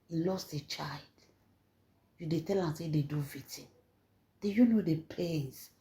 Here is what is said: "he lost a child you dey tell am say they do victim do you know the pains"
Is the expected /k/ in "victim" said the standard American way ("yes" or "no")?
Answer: no